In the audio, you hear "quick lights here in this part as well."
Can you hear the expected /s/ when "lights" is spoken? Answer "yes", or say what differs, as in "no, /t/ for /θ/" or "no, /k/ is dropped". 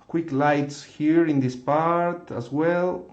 yes